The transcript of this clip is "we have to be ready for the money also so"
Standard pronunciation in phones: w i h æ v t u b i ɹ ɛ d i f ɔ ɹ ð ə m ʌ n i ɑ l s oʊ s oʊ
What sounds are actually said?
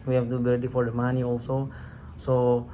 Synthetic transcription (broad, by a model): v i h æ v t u b i l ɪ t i f ɔ ɹ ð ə m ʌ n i ɑ l s oʊ s oʊ